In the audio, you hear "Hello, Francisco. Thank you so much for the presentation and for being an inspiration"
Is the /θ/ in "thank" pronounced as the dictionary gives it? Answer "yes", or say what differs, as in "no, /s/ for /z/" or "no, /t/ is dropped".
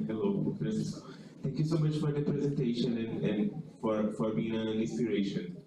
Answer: no, /t/ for /θ/